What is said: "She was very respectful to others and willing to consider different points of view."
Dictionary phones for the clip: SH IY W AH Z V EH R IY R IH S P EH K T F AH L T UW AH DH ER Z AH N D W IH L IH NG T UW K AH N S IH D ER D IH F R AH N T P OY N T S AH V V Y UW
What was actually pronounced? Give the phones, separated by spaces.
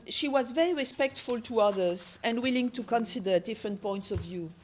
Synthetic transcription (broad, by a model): SH IY W AH Z V EH R IY R IH S P EH K T F AH L T UW AH DH ER Z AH N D W IH L IH NG T UW K AH N S IH D ER D IH F R AH N T P OY N T S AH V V Y UW